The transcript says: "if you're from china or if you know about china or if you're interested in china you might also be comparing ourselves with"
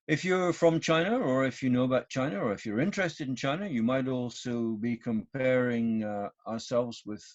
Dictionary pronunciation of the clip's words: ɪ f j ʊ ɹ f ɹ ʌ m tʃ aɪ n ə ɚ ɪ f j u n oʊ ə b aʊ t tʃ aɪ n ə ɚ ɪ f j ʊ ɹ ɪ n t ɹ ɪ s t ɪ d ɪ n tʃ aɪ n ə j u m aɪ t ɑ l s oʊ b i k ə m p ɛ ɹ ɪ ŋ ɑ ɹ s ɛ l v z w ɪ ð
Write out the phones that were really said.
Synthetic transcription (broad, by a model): ɪ f j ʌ ɹ f ɹ ʌ m tʃ aɪ n ə ɚ ɪ f j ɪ n oʊ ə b aʊ t tʃ aɪ n ə ɚ ɪ f j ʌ ɹ ɪ n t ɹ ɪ s t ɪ d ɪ n tʃ aɪ n ə j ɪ m aɪ t ɑ l s oʊ b i k ə m p ɛ ɹ ɪ ŋ ɑ ɹ s ɛ l v z w ɪ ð